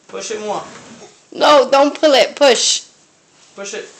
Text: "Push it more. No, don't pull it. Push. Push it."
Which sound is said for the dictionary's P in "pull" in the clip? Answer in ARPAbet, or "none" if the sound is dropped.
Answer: P